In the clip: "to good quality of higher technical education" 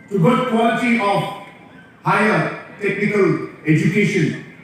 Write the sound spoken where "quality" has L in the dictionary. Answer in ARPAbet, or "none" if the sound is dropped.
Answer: none